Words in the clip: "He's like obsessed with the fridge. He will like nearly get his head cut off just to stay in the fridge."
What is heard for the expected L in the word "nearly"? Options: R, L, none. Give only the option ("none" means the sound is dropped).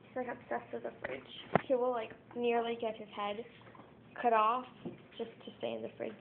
L